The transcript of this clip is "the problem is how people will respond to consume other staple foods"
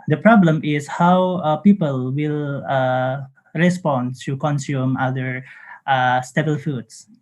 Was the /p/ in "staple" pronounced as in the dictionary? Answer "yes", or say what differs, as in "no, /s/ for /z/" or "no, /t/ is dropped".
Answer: no, /b/ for /p/